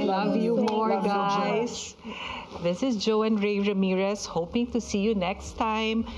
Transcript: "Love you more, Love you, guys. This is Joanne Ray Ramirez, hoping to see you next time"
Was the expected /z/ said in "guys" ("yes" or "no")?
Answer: no